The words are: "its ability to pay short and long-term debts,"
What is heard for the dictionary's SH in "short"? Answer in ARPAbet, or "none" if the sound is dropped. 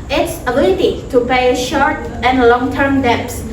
SH